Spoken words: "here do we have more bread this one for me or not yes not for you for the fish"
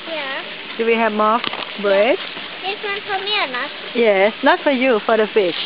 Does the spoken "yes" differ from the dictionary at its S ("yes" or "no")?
no